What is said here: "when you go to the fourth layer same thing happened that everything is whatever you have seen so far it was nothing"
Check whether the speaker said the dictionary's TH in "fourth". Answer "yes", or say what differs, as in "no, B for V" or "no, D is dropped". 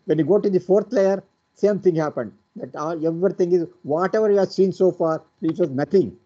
no, T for TH